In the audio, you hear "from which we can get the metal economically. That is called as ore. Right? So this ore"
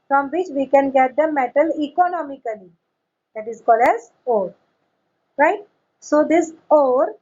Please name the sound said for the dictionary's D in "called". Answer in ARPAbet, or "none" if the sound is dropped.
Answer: D